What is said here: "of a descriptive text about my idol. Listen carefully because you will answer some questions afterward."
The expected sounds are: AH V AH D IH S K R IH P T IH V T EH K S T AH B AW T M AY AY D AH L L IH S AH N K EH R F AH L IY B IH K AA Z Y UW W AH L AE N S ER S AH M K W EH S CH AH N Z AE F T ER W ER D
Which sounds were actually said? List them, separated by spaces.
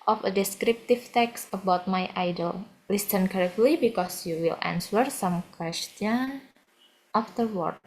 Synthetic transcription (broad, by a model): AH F AH D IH S K R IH P T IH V T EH K S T AH B AW T M AY AY D AH L L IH S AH N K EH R AH L IY B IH K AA S Y UW W AH L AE N S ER S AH M K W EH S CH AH N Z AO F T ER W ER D